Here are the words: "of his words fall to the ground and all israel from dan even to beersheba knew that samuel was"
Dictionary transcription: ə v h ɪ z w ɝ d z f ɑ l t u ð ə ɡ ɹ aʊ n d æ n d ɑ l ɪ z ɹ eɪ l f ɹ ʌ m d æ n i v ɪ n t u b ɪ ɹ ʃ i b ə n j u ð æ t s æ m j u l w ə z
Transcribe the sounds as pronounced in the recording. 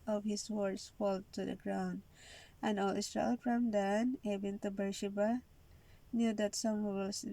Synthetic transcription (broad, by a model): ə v h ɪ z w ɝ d s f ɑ l t u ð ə ɡ ɹ aʊ n d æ n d ɑ l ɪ s ɹ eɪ l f ɹ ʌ m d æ n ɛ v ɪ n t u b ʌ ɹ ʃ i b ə n j u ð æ t s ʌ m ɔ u l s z